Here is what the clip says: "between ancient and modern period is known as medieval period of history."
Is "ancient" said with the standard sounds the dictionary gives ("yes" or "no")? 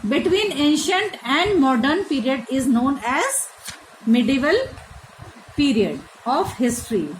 yes